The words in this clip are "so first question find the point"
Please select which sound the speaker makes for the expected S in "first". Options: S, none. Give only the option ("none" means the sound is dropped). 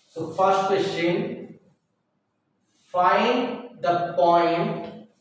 none